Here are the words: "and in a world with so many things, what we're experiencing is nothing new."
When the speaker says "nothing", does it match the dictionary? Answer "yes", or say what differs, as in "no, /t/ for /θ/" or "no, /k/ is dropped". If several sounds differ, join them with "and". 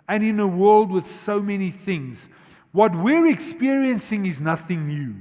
yes